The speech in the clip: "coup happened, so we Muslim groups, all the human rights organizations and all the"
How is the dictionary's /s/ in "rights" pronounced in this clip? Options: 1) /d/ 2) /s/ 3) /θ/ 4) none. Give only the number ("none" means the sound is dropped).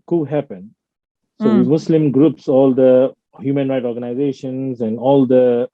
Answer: 4